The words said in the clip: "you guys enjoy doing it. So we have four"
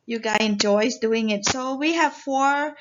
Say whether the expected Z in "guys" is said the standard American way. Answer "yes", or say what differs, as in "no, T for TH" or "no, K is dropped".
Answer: no, Z is dropped